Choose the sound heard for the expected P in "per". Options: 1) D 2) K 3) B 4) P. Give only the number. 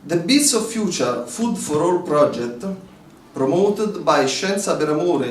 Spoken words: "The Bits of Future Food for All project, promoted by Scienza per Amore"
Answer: 3